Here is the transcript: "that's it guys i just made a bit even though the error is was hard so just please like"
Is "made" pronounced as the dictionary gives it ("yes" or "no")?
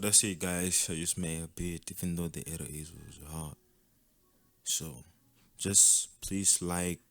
no